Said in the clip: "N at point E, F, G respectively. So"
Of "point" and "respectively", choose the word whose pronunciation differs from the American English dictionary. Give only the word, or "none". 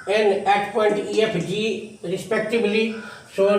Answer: respectively